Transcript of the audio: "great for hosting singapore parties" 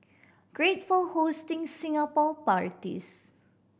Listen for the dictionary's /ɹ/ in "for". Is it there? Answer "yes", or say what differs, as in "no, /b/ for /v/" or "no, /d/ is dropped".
no, /l/ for /ɹ/